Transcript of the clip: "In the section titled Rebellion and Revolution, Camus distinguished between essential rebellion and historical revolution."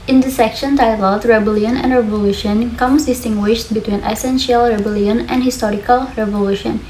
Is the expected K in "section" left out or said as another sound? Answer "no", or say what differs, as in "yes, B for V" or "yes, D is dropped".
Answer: no